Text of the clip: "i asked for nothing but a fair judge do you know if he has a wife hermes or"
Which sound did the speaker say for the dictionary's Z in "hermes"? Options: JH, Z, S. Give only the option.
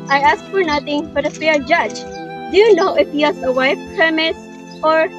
S